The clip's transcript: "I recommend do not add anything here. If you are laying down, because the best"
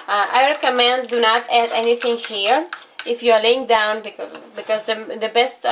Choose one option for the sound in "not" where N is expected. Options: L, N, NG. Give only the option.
N